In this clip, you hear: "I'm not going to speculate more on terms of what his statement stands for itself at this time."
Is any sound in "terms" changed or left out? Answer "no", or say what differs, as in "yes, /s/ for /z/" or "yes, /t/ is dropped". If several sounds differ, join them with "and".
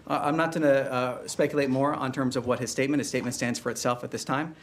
no